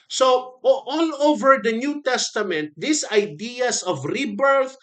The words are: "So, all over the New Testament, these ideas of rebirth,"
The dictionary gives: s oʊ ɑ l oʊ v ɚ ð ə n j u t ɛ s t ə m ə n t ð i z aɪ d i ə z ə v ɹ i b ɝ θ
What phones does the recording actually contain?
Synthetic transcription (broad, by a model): s oʊ ɑ l oʊ v ɚ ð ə n j u t ɛ s t ə m ə n t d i s aɪ d i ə s ə v ɹ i b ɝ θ